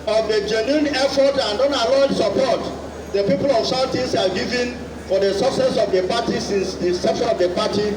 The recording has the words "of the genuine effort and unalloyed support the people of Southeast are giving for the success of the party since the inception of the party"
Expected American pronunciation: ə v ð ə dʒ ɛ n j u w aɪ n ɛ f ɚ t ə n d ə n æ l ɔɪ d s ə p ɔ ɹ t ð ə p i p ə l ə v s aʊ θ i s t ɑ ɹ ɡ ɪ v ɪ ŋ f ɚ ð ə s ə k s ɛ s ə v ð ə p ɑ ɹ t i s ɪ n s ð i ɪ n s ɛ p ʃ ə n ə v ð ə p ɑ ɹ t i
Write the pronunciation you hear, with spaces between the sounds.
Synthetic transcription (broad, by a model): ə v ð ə dʒ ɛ n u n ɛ f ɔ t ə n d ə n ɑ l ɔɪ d s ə p ɔ t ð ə p i p ə l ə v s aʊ t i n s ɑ l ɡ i v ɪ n f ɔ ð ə s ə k s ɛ s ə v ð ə p ɑ t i s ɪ n s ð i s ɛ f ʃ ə ə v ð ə p ɑ t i